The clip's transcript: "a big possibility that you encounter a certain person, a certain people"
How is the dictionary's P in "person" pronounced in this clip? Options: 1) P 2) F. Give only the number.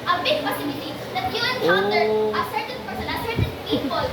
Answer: 2